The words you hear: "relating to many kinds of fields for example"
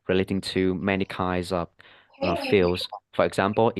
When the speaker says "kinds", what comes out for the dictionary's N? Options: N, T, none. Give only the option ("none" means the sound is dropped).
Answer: none